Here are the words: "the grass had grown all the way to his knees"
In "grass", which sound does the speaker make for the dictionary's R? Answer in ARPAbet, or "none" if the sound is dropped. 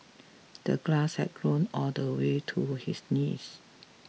L